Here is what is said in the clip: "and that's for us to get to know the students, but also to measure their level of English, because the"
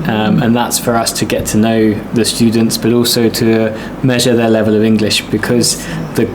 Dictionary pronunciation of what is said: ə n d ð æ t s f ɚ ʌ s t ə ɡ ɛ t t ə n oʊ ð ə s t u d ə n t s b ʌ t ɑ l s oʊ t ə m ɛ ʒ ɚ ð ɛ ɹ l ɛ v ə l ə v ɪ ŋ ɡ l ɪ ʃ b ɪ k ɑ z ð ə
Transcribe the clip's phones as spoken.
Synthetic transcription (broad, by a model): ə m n ð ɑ t s f ɚ ʌ s t ə ɡ ɛ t t ə n oʊ ð ə s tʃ u d n t s b ʌ t ɑ l s oʊ t ə m ɛ ʒ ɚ ð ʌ l ɛ v ə l ə v ɪ ŋ ɡ l ɪ ʃ b ɪ k ɑ z ð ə